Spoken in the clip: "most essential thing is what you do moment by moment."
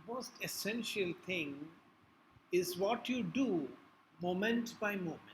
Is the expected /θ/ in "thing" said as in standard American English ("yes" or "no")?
no